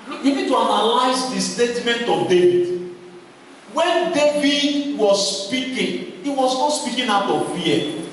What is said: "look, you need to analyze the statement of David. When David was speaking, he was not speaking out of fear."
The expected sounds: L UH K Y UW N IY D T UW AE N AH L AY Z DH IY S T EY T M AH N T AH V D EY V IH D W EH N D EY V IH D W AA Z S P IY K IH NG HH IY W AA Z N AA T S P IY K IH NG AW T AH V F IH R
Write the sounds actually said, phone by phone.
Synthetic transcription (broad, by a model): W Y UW N IY D T UW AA N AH L AY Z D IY S T EY T M AH N T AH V D EY V IH D W EH N D EY V IH D W AA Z S P IY K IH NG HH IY W AA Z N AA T S P IY K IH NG AW T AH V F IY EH